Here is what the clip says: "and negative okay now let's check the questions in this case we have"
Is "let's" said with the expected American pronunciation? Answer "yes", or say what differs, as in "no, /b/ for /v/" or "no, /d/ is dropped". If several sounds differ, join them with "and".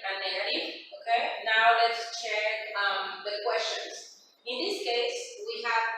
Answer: yes